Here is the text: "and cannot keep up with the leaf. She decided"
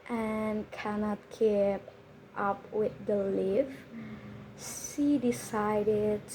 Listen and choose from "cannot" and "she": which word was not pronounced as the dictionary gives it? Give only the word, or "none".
she